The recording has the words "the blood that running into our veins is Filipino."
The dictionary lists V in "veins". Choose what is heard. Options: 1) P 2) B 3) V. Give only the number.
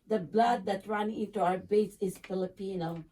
2